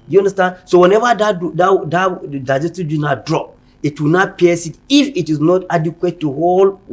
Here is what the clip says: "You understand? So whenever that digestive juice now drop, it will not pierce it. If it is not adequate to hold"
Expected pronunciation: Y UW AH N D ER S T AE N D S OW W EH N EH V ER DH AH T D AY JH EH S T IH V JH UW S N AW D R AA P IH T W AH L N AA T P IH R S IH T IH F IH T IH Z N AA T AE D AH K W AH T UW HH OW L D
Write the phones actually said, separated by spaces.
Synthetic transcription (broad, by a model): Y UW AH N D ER S T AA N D S OW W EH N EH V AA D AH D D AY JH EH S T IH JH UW N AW D R AA P IH T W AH N AA T P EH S IH T IH F IH T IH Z N AA T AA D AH K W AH T UW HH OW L